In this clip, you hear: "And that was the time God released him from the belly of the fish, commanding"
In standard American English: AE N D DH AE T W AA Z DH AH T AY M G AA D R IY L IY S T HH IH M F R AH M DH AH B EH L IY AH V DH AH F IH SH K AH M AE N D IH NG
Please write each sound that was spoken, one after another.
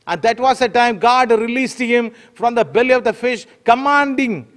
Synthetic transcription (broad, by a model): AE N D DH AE T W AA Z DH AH T AY M G AA D R IY L IY S T HH IH M F R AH M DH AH B EH L IY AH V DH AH F IH SH K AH M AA N D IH NG